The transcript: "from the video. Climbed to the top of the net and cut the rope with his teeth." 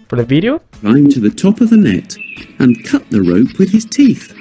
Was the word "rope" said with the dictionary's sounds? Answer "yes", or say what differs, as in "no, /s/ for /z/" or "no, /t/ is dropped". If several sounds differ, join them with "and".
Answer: yes